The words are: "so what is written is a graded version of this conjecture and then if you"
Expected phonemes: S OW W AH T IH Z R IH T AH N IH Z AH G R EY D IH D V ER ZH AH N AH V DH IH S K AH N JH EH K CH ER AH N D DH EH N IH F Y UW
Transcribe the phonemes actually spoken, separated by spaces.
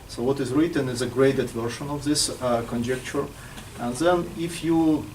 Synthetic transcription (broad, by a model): S OW W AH T IH Z R IH T AH N IH Z AH G R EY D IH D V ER SH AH N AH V DH IH S K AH N JH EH K CH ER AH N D DH EH N IH F Y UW